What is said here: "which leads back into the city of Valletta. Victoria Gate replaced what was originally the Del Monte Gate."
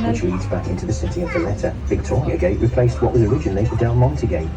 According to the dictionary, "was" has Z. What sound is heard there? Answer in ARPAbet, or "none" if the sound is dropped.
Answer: Z